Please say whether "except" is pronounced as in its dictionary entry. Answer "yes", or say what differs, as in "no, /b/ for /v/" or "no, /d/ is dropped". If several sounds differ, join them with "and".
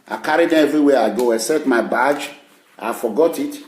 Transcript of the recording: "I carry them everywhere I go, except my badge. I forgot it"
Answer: no, /p/ is dropped